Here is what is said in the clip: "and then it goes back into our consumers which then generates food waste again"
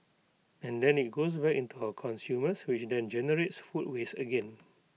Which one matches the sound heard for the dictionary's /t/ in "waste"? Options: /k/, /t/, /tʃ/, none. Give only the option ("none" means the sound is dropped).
none